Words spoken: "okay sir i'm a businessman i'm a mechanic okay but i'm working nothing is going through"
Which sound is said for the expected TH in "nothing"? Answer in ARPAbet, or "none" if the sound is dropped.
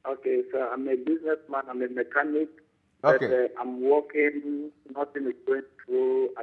T